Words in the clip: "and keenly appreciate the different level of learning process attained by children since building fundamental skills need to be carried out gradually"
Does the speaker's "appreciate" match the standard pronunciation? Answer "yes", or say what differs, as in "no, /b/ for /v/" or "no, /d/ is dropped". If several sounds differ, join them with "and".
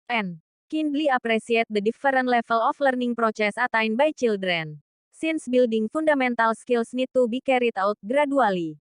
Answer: no, /s/ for /ʃ/